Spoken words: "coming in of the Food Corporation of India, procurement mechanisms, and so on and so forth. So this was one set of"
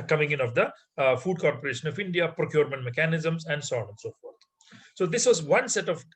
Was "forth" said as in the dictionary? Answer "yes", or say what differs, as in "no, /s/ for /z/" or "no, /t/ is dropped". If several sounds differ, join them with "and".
no, /t/ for /θ/